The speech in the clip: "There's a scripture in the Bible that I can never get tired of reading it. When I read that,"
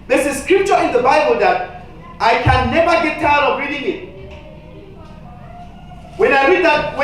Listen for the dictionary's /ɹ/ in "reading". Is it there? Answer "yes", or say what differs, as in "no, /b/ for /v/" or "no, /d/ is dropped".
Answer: yes